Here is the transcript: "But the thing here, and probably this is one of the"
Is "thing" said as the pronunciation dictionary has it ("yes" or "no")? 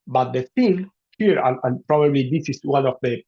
no